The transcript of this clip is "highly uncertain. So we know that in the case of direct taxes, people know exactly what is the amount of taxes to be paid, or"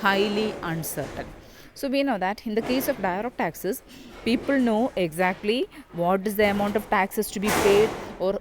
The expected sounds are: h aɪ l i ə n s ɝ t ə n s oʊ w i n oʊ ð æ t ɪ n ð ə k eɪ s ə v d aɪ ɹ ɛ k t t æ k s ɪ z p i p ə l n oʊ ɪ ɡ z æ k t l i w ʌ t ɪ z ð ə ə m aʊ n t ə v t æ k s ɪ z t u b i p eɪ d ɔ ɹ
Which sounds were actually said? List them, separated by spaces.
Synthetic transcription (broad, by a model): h aɪ l i ə n s ɝ t ə n s oʊ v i n oʊ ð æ t ɪ n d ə k eɪ s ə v d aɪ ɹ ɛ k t t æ k s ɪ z p i p ə l n oʊ ɪ ɡ z æ k t l i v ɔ t ɪ z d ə ə m aʊ n t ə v t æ k s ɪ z t u b i p eɪ d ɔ ɹ